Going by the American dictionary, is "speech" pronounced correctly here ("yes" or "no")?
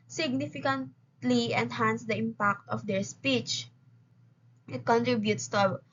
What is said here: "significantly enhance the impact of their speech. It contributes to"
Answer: yes